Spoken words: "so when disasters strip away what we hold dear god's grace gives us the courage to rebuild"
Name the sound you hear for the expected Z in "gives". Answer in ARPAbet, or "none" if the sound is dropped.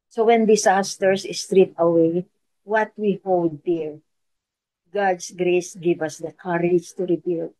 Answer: none